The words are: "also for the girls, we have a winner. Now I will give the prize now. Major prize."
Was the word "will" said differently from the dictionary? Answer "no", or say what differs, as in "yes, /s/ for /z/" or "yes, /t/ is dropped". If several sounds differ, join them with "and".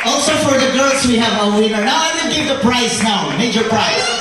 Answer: yes, /n/ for /l/